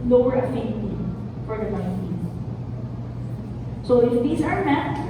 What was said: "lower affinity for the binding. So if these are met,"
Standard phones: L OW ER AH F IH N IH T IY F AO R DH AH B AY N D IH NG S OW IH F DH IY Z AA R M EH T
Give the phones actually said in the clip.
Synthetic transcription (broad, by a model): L OW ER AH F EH IH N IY F AO R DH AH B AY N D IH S S OW IH F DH IY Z AA R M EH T